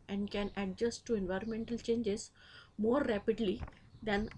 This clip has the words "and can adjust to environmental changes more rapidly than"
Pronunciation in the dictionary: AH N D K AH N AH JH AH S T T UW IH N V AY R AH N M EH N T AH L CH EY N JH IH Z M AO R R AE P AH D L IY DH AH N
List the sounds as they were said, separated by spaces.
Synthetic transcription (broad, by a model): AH N D K AH N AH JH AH S T T UW IH N V AY R AH N M EH N T AH L CH EY N JH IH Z M AO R R AE P AH D L IY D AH N